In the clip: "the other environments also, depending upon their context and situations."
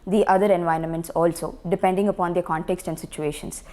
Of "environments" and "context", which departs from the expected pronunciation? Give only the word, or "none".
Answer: none